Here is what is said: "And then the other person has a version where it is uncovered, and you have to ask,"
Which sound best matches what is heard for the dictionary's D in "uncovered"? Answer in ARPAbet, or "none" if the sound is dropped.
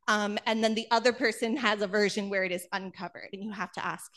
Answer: D